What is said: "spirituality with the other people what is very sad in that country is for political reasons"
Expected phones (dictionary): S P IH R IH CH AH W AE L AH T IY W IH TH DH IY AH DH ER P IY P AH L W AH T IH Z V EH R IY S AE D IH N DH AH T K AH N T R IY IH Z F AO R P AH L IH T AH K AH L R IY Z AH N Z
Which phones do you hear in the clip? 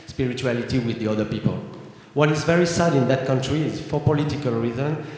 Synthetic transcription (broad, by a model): S P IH R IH CH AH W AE L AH T IY W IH DH IY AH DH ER P IY P AH L W AH T IH Z V EH R IY S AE D IH N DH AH T K AH N T R IY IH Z F AO R P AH L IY T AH K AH L R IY Z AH N